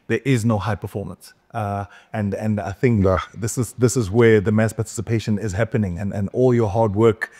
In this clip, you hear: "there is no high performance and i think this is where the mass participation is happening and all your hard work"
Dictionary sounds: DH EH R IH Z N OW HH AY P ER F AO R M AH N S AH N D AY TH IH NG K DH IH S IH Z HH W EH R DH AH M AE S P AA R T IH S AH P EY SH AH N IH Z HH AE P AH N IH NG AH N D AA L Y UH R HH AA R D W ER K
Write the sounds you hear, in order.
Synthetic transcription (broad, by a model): DH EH R IH Z N OW HH AY P ER F AO R M AH N S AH N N AY TH IH NG K DH IH S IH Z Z W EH R DH AH M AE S P AA R T IH S AH P EY SH AH N IH Z HH AE P AH N IH NG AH N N AA L Y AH R HH AA R D W ER K